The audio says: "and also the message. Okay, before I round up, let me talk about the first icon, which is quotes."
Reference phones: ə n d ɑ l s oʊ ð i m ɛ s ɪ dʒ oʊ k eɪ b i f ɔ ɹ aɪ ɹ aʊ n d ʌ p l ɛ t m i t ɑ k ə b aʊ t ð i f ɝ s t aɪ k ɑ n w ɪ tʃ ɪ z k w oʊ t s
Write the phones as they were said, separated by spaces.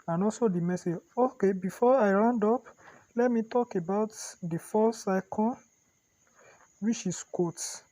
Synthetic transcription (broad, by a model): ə n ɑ s oʊ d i m ɛ s ɪ dʒ oʊ k eɪ b i f ɔ aɪ ɹ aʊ n d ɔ p l ɛ t m i t ɑ k ə b aʊ t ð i f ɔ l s aɪ k ɑ n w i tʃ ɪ s k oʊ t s